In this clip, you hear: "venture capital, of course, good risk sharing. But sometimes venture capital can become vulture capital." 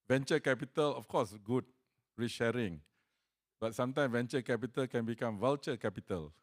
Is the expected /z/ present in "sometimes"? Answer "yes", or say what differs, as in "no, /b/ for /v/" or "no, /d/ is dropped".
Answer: no, /z/ is dropped